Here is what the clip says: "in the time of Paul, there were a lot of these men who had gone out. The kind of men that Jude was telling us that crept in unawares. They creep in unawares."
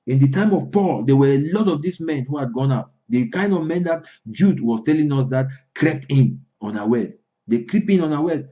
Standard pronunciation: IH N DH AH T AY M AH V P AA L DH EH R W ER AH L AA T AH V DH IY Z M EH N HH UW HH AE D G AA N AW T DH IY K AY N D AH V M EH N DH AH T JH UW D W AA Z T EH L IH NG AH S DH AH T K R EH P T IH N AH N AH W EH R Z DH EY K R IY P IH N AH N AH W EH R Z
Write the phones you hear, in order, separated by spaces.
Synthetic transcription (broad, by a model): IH N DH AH T AY M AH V P AA L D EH W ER AH L AA T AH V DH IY S M EH N HH UW HH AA D G AA N AW T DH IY K AY N D AH V M EH N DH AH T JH UW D W AA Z T EH L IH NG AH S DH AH T K R EH P T IH N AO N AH W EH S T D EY K R IY P IH N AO N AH W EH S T